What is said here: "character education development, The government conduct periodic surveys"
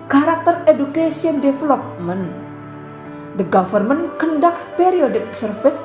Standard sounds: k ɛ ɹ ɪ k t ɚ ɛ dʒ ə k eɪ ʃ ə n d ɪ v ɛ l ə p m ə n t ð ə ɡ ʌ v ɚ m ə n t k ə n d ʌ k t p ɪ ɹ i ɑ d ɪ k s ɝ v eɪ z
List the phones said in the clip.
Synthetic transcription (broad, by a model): k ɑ ɹ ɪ k t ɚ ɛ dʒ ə k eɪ s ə n d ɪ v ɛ l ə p m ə n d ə ɡ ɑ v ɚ m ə n k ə n d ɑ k p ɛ ɹ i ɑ d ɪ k s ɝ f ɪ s